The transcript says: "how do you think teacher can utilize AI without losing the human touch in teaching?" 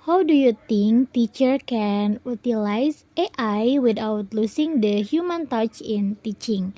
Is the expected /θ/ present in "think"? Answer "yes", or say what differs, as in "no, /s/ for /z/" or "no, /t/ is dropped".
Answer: no, /t/ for /θ/